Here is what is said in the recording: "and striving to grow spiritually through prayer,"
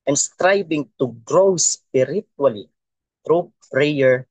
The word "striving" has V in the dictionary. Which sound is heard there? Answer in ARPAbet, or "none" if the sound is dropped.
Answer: B